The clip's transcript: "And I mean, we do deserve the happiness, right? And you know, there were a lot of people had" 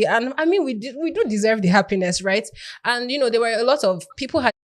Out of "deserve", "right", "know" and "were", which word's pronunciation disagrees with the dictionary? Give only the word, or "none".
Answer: none